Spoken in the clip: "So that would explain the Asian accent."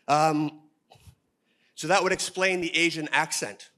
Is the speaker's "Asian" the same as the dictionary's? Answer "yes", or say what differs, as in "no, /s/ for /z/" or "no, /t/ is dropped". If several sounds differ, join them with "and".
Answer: yes